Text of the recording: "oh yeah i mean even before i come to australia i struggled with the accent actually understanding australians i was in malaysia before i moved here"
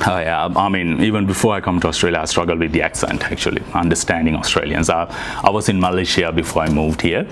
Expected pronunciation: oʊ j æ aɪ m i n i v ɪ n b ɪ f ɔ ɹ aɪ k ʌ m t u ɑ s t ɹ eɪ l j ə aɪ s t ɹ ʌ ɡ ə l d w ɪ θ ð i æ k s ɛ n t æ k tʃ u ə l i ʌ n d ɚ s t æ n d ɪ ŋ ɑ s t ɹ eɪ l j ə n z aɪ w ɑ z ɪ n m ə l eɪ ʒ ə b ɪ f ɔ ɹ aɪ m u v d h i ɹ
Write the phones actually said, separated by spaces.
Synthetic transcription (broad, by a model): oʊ j æ aɪ m i n i v ɪ n b ɪ f ɔ ɹ aɪ k ʌ m t u ɑ s t ɹ eɪ l j ə aɪ s t ɹ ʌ ɡ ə l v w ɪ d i æ k s ɛ n t æ k tʃ u ə l i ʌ n d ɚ s t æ n d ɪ ŋ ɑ s t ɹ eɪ l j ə n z aɪ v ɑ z ɪ n m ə l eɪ ʃ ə b ɪ f ɔ ɹ aɪ m u v d h i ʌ